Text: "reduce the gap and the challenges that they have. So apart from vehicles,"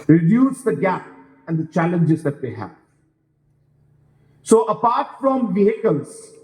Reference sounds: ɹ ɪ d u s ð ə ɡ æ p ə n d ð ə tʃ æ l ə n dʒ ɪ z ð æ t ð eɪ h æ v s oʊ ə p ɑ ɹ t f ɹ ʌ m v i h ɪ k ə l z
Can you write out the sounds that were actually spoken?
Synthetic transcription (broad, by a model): ɹ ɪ d u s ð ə ɡ æ p ə n d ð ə tʃ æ l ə n dʒ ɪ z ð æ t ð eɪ h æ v s oʊ ə p ɑ ɹ t f ɹ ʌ m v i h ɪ k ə l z